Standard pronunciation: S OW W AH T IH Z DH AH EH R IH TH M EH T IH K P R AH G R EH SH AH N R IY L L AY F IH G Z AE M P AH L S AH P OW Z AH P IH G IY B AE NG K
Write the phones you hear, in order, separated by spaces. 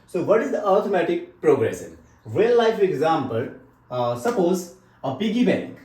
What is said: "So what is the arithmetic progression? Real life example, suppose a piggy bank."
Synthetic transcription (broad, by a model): S OW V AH T IH Z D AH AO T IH M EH T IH K P R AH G R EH S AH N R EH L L AY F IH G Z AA M P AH L S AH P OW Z AH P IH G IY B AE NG K